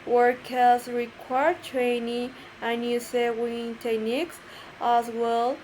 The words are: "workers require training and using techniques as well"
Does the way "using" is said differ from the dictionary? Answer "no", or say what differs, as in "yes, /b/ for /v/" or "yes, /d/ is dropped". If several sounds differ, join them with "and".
yes, /s/ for /z/